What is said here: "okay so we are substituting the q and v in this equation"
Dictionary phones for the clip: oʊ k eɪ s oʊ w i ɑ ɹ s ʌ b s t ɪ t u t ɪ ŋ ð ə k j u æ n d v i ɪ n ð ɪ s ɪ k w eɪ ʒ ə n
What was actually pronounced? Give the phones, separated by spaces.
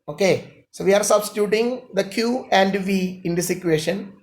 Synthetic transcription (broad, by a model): oʊ k eɪ s oʊ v i ɑ ɹ s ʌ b s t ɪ t u t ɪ ŋ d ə k j u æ n d v i ɪ n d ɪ s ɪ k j eɪ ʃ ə n